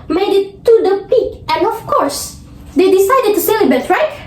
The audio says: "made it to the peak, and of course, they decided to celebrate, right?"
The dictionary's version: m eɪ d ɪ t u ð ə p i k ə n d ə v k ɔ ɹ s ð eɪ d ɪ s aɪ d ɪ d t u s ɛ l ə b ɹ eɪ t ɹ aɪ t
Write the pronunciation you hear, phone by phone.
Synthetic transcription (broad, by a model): m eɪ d ɪ t u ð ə p i k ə n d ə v k ɔ ɹ s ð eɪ d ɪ s aɪ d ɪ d t u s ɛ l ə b eɪ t ɹ aɪ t